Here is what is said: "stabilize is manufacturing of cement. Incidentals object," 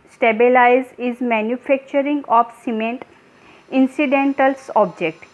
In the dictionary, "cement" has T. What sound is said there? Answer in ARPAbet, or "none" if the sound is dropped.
T